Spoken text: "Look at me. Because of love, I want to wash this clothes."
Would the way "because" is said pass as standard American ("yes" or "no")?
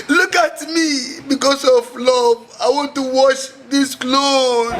no